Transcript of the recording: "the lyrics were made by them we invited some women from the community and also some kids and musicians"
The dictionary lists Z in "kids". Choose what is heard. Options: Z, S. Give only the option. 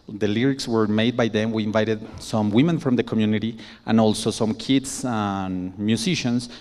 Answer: S